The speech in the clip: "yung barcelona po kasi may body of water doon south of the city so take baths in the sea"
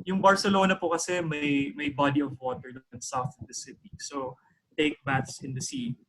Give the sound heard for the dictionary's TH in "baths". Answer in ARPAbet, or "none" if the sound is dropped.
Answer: T